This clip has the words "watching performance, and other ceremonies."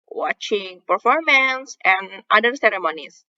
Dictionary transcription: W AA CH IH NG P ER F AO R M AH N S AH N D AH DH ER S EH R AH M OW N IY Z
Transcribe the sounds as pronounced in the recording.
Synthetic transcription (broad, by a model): W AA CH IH NG P ER F AO R M AH N S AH N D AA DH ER S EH R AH M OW N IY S